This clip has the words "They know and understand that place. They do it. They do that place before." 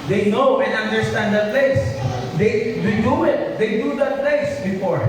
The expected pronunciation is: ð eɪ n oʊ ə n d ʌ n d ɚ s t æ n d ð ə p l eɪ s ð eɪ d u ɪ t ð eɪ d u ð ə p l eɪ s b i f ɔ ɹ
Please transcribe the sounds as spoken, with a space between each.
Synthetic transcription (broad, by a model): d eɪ n oʊ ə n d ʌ n d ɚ s t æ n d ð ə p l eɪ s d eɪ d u ɪ t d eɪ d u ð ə p l eɪ s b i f ɔ ɹ